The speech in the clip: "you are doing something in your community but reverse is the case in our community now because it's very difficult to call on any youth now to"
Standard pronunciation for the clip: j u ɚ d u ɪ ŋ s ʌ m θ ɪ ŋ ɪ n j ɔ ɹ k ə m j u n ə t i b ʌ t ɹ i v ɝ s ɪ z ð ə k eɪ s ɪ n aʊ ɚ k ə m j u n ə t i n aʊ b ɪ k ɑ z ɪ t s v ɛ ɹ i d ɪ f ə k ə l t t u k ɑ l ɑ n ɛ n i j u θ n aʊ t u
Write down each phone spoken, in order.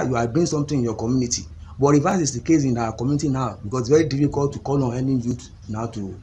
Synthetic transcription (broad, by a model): j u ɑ d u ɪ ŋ s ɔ m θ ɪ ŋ ɪ n j ɔ k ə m j u n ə t i b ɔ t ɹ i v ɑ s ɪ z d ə k eɪ s ɪ n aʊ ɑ k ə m j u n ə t i n aʊ b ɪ k ɑ s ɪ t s v ɛ ɹ i d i f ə k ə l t t u k ɑ l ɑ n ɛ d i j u t n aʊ t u